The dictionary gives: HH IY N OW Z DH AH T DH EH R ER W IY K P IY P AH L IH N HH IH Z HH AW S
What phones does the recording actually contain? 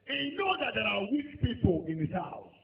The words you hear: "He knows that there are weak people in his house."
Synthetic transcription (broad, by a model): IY N OW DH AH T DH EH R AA W IY K P IY P AH L IH N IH S HH AW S